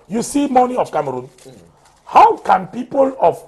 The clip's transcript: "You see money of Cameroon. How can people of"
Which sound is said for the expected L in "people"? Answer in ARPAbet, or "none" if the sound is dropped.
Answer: L